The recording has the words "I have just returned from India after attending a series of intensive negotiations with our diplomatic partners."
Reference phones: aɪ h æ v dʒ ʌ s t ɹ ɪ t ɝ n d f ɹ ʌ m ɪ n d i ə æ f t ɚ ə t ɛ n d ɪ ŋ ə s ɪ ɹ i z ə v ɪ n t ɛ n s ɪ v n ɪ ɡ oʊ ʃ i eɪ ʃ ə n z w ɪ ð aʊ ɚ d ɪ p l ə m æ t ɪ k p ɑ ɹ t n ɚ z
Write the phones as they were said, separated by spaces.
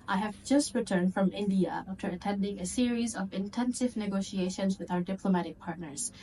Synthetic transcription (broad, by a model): aɪ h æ v dʒ ʌ s t ɹ ɪ t ɝ n d f ɹ ʌ m ɪ n d i ə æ f t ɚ ə t ɛ n d ɪ ŋ ə s ɪ ɹ i z ə v ɪ n t ɛ n s ɪ v n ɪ ɡ oʊ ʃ i eɪ ʃ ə n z w ɪ ð aʊ ɚ d ɪ p l ə m æ t ɪ k p ɑ ɹ t n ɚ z